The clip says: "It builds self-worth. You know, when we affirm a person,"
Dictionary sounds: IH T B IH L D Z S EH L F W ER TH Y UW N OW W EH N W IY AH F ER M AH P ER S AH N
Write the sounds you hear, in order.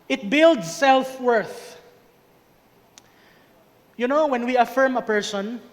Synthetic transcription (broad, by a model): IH T B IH L D S EH L F W ER TH Y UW N OW W EH N W IY AH F ER M AH P ER S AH N